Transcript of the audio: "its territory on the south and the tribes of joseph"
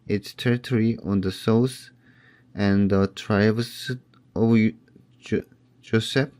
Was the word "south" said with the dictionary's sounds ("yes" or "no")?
no